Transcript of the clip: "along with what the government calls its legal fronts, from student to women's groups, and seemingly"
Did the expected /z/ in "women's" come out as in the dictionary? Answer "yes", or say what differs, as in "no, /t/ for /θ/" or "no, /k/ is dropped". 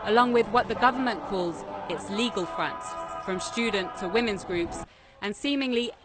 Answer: yes